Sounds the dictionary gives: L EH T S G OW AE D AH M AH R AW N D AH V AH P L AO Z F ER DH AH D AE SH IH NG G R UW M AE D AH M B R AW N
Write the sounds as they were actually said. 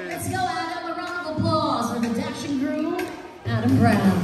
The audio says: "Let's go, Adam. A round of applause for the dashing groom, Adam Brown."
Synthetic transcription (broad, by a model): L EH T S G OW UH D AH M AH R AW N AH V AH P L AO Z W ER DH AH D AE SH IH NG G R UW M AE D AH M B R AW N